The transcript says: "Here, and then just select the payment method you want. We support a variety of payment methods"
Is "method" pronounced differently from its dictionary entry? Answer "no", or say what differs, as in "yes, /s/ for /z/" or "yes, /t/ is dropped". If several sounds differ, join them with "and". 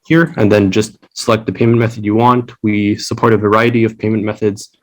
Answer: no